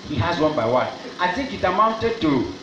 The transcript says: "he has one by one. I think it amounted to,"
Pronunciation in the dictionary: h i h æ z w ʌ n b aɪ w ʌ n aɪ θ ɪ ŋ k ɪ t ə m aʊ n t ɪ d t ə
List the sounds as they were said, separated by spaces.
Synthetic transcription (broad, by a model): h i h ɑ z w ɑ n b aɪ w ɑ n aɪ t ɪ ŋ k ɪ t ə m aʊ n t ɪ d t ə